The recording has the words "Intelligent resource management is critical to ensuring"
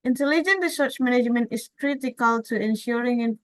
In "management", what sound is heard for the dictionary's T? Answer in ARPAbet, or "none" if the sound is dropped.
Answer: T